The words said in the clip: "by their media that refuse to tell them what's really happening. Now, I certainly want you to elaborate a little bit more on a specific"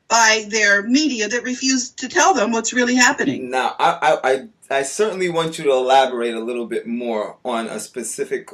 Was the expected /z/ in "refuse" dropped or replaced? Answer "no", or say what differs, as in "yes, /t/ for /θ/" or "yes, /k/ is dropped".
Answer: no